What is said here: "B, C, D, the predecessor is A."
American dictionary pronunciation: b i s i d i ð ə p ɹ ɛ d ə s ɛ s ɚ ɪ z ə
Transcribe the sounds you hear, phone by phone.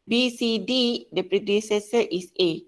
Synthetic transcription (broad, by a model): b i s i d i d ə p ɹ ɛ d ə s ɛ s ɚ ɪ s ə